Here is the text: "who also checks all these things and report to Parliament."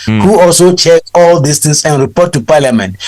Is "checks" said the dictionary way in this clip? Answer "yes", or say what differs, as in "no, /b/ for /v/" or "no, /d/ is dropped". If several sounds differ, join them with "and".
no, /s/ is dropped